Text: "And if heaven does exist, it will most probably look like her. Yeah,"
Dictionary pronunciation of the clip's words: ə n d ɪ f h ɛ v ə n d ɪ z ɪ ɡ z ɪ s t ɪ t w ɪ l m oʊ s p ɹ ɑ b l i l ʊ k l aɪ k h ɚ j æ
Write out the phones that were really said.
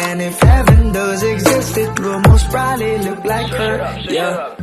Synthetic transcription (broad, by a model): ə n ɪ f h ɛ v ə n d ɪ z ɪ ɡ z ɪ s t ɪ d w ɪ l m oʊ s b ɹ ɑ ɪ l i l ʊ k l aɪ k h ɚ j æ